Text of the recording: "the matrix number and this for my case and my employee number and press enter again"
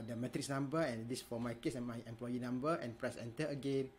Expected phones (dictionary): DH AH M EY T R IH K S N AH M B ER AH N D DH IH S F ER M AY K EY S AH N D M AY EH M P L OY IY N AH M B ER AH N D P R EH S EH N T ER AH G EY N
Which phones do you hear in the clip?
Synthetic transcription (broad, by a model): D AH M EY T R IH K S N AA M B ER AH N D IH S F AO M AY K EY S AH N M AY EH M P L OY IY N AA M B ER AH N P R EH S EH N T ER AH G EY N